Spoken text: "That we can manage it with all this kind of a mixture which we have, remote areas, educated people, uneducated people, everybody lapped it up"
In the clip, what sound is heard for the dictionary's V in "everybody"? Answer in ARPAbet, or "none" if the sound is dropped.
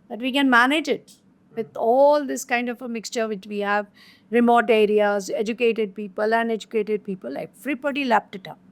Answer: F